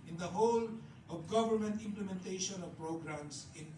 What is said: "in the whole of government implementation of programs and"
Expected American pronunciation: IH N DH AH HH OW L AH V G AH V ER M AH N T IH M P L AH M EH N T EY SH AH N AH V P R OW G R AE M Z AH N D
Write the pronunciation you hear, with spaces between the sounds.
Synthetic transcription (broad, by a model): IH N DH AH HH OW L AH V G AH V ER M AH N T IH M P L AH M EH N T EY SH AH N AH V P R OW G R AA M S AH N